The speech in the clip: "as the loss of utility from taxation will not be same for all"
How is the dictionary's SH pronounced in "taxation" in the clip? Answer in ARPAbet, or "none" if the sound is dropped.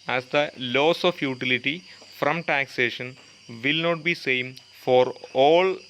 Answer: SH